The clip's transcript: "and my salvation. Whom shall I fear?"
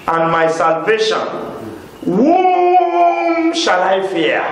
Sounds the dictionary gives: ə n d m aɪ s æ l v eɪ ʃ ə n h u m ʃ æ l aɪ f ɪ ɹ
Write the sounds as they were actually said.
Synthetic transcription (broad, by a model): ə n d m aɪ s æ l v eɪ ʃ ə n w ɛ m ʃ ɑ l aɪ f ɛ